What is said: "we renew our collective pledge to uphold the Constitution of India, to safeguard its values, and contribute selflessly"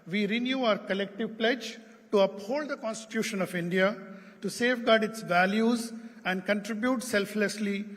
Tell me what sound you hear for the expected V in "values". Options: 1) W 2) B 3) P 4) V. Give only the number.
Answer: 4